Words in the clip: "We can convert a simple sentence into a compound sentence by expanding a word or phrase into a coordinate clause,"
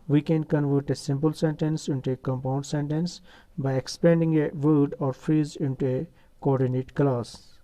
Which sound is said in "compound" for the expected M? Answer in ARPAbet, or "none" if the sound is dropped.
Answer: M